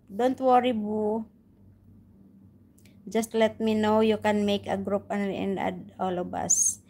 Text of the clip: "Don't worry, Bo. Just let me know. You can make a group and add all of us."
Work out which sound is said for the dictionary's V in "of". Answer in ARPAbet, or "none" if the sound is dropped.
B